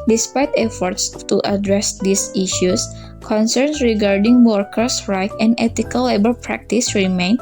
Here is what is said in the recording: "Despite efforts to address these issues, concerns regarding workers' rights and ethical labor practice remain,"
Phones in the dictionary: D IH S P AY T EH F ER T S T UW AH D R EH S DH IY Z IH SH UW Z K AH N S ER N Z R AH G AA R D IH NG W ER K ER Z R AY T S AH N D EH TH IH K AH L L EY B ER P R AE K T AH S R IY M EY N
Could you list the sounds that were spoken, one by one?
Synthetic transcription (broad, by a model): D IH S P AY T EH F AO T S T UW AH D R EH S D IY S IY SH UW S K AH N S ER N S R AH G AA R D IH NG W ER K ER S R AY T AH N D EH T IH K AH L L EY B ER P R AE K T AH S R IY M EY N